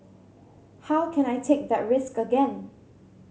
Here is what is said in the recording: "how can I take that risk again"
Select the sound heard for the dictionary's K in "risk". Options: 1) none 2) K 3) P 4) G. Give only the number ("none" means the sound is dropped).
2